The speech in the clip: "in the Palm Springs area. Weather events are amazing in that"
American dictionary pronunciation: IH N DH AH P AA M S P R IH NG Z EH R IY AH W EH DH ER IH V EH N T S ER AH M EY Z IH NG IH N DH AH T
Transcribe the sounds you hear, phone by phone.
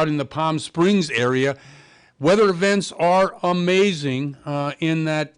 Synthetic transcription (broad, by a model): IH N DH AH P AA M S P R IH NG Z EH R IY AH W EH DH ER IH V EH N T S ER AH M EY Z IH NG IH N DH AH T